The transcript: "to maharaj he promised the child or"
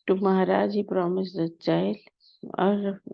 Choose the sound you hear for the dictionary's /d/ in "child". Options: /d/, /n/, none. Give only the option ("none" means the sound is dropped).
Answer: none